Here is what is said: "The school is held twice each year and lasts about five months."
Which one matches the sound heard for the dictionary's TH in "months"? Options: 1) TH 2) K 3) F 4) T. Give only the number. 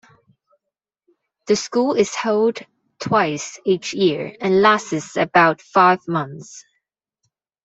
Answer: 1